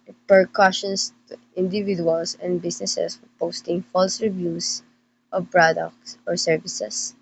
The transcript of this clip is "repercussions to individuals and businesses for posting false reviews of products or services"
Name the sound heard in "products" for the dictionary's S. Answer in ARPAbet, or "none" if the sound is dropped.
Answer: S